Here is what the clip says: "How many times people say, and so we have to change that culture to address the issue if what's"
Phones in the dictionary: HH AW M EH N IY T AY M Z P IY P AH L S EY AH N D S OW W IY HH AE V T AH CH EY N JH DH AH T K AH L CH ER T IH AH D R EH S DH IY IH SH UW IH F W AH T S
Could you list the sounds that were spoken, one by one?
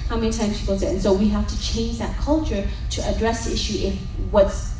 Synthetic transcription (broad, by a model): HH AW M EH N IY T AY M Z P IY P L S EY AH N S OW W IY HH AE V T AH CH EY N JH DH AH T K AH L CH ER T IH AH D R EH S DH IY IH SH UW IH F W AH T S